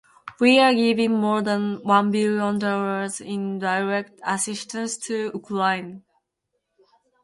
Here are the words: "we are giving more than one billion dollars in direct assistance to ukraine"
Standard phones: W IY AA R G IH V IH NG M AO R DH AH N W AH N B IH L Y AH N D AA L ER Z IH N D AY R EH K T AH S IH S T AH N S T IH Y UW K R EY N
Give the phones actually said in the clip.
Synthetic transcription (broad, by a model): W IY AA R G IH V IH NG M AO R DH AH N W AH N B IH L Y AH N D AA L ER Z IH N D AY R EH K T AH S IH S T AH N S T IH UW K L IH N